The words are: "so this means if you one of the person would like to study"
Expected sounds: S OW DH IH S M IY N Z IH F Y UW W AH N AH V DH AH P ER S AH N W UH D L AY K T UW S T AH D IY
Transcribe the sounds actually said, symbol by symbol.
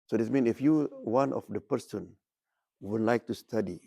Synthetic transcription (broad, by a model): S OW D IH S M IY N IH F Y UW W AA N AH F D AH P ER S AH N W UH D L AY K T UW S T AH D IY